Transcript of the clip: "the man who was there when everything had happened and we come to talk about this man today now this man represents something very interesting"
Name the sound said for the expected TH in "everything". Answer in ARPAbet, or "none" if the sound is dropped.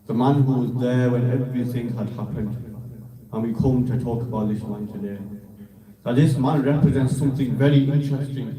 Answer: TH